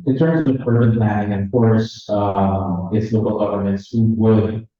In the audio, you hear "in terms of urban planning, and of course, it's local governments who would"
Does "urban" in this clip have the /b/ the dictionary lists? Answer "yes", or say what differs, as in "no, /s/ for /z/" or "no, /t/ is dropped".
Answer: no, /b/ is dropped